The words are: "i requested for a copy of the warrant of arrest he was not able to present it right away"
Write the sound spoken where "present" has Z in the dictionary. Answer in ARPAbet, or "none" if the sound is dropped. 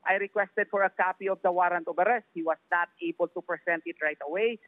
S